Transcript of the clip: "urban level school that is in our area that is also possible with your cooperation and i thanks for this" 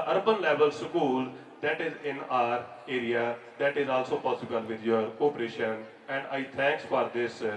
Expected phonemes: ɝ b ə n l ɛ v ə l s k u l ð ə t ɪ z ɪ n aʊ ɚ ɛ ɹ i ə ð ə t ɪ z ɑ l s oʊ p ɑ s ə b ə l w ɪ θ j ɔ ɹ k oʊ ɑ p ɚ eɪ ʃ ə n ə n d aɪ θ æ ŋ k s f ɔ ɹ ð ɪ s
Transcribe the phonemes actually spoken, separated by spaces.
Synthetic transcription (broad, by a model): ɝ b ə n l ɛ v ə l s k u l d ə t ɪ z ɪ n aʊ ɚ ɛ ɹ i ə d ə t ɪ z ɑ l s oʊ p ɑ s ə b ə l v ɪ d j ɔ ɹ k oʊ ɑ p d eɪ ʃ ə n ə n d aɪ t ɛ ŋ k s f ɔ ɹ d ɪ s